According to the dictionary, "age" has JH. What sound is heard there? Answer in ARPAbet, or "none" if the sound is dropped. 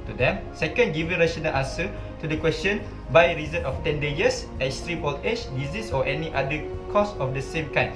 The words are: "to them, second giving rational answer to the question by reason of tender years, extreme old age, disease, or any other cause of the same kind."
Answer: CH